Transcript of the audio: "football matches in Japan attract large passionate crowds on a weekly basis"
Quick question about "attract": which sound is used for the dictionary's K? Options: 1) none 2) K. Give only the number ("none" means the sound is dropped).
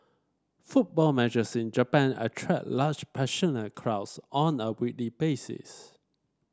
1